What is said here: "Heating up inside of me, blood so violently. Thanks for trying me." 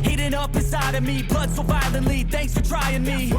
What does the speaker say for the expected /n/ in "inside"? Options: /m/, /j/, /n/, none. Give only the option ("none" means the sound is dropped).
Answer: none